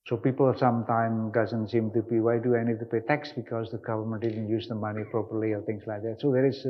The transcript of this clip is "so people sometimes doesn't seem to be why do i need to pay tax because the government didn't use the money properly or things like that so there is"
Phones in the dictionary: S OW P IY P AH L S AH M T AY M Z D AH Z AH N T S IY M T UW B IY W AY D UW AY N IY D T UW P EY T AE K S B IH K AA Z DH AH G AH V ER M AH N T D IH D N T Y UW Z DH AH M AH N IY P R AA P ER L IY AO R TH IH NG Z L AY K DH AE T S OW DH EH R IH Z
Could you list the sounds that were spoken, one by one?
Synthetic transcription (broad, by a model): S OW P IY P AH L S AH M T AY M D AH Z AH N T S IY M T UW B IY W AY D UW AY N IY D T UW P EY T AE K S B IH K AA Z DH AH G AH V ER M AH N T D IH D N T Y UW Z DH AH M AH N IY P R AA P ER L IY AO R T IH NG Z L AY K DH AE T S OW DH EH R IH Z